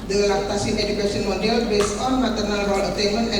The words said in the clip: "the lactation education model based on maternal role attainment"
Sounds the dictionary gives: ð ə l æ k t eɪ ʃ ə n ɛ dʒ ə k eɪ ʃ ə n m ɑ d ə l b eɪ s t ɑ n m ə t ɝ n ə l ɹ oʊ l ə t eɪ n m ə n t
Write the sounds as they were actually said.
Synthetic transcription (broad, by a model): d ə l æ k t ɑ s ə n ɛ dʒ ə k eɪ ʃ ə n m ɑ d ə l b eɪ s ɑ n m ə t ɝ n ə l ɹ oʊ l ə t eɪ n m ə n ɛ